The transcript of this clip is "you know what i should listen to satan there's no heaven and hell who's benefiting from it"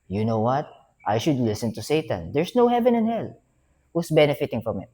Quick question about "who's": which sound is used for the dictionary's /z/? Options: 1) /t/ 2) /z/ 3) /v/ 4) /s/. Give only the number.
4